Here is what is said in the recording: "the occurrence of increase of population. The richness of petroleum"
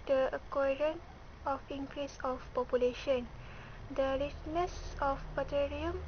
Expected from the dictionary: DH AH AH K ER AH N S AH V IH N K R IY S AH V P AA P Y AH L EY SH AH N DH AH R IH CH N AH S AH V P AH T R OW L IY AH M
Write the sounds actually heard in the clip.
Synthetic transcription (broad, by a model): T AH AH K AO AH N AH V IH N K R IY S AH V P AA P Y AH L EY SH AH N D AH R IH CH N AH S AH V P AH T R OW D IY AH M